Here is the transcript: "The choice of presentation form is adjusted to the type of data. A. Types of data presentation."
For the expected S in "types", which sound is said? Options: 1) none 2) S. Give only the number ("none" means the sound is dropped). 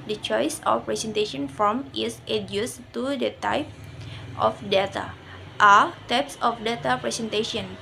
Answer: 2